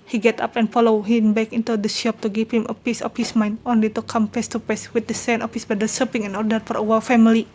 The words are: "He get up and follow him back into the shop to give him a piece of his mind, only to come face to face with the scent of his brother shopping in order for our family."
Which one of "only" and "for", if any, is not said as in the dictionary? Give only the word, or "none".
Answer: none